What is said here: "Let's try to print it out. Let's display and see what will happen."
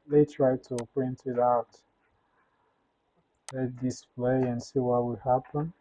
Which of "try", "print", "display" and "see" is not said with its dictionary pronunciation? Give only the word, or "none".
none